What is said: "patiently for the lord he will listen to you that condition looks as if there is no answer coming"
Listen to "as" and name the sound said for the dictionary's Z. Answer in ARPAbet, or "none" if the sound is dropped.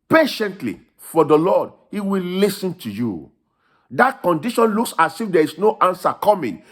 S